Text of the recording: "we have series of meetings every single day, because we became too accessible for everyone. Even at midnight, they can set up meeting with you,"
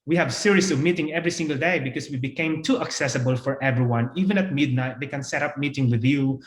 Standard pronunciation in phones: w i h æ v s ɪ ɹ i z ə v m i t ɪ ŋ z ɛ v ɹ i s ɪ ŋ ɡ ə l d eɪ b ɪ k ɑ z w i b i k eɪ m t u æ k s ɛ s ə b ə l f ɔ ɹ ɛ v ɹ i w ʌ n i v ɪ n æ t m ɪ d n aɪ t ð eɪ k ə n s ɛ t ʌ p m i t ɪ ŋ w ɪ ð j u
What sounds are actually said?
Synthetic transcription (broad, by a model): w i h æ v s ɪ ɹ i s ə v m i t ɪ ŋ ɛ v ɹ i s ɪ ŋ ɡ ə l d eɪ b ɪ k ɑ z w i b i k eɪ m t u æ k s ɛ s ə b ə l f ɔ ɹ ɛ v ɹ i w ʌ n i v ɪ n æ t m ɪ d n aɪ t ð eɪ k ə n s ɛ t ʌ p m i t ɪ ŋ w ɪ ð j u